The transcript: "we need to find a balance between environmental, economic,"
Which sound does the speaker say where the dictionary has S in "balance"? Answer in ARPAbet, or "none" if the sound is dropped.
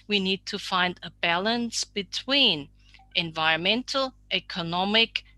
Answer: S